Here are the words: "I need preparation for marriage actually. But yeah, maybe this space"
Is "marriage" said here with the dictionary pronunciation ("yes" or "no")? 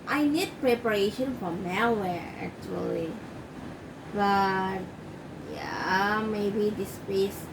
no